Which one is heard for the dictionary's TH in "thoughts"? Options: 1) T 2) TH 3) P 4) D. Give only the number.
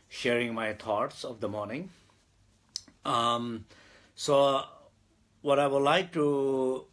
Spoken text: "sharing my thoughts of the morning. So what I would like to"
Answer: 1